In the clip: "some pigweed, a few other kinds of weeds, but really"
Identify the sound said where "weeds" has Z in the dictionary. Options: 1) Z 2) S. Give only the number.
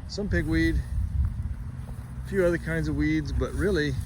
1